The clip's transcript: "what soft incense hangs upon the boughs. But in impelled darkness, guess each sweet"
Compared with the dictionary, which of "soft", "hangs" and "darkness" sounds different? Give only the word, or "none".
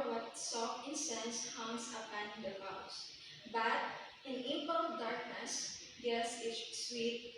hangs